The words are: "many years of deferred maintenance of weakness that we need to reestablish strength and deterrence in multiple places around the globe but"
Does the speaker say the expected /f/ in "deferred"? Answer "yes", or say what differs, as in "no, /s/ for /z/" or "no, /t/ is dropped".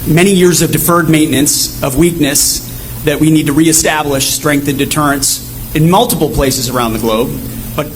yes